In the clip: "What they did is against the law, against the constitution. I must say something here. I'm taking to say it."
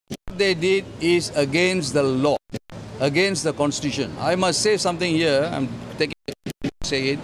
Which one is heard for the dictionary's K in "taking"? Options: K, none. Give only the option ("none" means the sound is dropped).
K